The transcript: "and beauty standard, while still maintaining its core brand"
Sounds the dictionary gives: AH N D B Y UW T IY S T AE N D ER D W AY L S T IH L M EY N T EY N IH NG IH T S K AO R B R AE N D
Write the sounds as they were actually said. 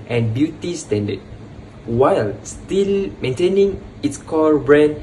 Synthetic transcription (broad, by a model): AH N B Y UW T IY S T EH N D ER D W AY L S T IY L M EY N T EY N IH NG IH T S K AO L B R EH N